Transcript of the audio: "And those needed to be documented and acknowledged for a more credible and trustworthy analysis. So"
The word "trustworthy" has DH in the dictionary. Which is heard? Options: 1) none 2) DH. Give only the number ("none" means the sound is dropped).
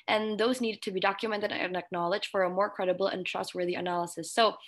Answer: 2